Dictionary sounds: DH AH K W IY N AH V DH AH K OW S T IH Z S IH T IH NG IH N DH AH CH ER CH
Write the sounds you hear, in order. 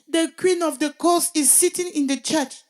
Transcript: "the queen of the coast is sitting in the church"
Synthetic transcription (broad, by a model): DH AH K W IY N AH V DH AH K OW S IH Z S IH T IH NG IH N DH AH CH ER CH